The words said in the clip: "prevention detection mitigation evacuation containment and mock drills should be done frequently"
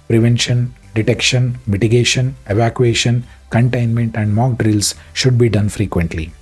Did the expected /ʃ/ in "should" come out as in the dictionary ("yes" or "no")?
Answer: yes